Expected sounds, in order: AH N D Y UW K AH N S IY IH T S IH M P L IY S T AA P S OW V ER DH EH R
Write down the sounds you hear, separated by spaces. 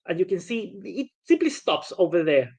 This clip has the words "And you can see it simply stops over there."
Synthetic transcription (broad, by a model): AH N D Y UW K AH N S IY IH T S IH M P L IY S T AA P S OW V ER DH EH R